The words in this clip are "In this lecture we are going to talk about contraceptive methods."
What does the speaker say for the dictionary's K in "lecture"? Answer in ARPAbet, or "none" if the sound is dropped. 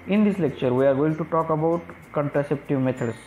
K